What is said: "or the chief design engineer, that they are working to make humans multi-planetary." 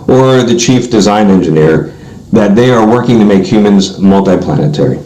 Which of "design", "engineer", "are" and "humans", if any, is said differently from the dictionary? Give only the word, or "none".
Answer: none